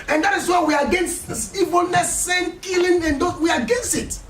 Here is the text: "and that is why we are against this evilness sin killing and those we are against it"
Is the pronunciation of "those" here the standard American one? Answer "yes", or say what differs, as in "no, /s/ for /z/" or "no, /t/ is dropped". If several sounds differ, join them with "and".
no, /z/ is dropped